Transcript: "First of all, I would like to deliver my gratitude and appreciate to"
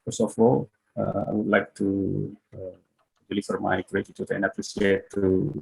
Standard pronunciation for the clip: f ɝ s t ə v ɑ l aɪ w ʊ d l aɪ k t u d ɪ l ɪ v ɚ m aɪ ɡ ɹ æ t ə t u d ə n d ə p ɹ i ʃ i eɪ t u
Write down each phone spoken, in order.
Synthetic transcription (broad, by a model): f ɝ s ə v ɑ l aɪ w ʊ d l aɪ k t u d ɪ l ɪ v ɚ m aɪ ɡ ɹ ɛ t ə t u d ə n d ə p ɹ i s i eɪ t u